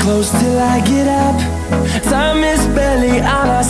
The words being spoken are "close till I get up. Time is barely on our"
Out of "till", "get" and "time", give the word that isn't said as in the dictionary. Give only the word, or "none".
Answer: time